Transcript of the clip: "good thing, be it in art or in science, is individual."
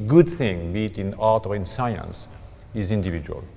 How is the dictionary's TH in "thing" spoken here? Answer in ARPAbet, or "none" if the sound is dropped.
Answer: TH